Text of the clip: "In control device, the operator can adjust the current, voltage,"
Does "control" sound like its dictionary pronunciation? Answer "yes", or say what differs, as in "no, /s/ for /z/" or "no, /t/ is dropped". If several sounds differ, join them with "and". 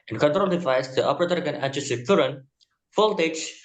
yes